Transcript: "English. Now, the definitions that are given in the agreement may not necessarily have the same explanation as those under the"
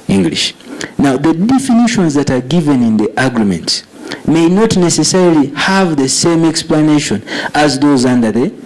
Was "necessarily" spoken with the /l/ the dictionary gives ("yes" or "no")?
yes